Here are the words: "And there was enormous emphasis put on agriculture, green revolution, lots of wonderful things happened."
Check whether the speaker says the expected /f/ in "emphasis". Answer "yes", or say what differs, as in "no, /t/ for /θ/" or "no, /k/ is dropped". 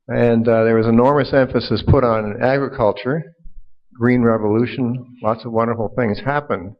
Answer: yes